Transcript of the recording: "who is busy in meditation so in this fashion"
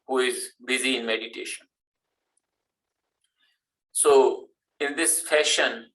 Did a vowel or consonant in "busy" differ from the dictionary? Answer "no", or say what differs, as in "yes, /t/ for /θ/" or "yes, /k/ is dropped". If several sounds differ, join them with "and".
no